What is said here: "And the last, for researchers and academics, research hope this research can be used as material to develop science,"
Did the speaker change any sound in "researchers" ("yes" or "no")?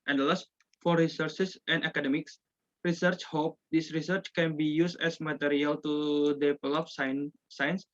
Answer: yes